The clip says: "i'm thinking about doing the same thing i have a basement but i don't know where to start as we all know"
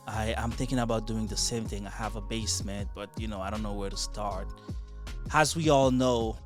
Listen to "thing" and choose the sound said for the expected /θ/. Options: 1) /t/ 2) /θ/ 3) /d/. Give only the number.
2